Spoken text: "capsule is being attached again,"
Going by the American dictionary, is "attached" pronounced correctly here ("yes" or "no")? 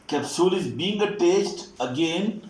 no